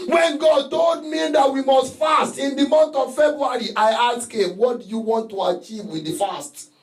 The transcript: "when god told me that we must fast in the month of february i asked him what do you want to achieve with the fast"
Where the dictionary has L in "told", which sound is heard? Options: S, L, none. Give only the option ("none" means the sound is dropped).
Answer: none